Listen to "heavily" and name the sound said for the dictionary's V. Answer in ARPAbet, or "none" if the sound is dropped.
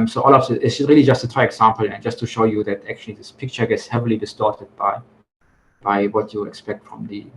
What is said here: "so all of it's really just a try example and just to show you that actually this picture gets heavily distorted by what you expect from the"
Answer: V